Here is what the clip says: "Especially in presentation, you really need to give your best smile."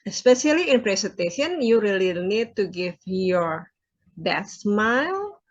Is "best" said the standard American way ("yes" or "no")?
no